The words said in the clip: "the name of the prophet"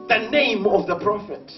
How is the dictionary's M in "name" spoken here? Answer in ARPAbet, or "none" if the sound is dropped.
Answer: M